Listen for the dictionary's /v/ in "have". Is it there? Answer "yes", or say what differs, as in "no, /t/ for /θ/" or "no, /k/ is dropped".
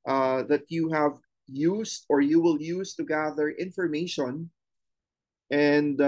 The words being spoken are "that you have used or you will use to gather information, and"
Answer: yes